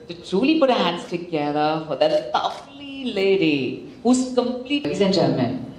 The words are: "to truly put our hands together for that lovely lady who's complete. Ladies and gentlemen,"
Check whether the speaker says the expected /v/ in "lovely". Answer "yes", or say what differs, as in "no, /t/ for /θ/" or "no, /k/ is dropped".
no, /f/ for /v/